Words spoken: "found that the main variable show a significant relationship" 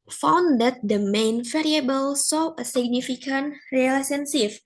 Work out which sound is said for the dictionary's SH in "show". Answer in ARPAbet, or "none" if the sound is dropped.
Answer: S